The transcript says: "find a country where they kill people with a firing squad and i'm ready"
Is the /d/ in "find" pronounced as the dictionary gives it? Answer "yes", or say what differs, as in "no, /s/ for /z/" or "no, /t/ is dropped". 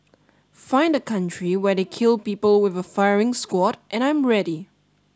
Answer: yes